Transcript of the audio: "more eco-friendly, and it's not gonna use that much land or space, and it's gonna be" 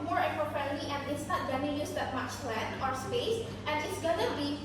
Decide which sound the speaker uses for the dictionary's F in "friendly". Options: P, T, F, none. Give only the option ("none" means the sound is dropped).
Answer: P